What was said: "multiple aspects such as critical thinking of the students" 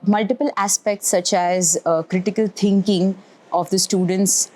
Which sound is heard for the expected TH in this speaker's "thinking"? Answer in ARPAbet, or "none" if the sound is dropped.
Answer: T